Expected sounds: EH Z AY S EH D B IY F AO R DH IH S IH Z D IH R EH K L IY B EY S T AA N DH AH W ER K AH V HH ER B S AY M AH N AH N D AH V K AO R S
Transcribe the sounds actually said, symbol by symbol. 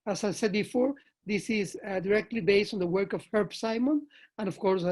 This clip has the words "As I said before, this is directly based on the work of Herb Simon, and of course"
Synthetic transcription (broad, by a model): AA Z AY S EH D B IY F AO R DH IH S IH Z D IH R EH K L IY B EY S T AA N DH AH W ER K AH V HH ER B S AY M AH N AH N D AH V K AO R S